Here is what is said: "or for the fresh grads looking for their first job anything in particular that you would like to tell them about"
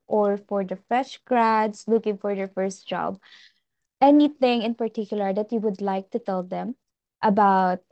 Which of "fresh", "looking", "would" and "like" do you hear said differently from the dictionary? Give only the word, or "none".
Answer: fresh